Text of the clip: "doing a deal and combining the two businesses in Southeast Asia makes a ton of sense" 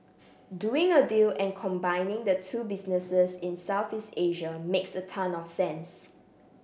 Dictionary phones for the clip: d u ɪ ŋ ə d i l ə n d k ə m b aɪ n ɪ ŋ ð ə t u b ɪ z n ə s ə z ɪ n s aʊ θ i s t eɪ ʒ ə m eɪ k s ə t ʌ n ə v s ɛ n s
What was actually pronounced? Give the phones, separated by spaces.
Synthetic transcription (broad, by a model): d u ɪ ŋ ə d i l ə n k ə m b aɪ n ɪ ŋ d ə t u b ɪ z n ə s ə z ɪ n s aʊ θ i s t eɪ ʒ ə m eɪ k s ə t ʌ n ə f s ɛ n s